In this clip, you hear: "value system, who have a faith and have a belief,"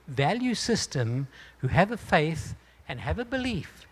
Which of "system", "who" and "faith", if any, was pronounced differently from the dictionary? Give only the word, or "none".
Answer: none